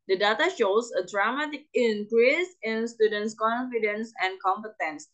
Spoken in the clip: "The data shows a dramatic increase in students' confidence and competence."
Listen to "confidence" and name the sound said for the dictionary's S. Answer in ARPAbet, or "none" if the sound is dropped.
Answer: S